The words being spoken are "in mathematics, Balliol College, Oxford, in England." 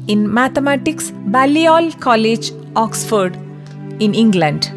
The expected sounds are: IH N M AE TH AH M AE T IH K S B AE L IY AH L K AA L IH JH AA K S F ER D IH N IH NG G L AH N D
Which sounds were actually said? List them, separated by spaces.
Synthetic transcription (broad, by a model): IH N M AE T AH M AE T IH K S B AE L IY AH L K AA L IH JH AA K S F ER D IH N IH NG G L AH N D